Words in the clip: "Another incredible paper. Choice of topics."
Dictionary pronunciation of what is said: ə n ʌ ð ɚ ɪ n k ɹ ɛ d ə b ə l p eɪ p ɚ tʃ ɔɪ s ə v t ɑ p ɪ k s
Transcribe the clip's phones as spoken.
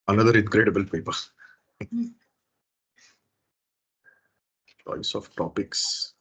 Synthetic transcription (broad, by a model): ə n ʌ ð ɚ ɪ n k ɹ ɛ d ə b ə l p eɪ p ɚ s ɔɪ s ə f t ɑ p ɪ k s